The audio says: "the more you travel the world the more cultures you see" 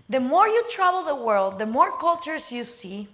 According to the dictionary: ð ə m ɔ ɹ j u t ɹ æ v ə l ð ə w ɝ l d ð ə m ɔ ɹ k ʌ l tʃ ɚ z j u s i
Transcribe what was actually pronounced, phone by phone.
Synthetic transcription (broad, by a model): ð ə m ɔ ɹ j u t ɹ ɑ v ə l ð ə w ɝ l d ð ə m ɔ ɹ k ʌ l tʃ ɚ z j u s i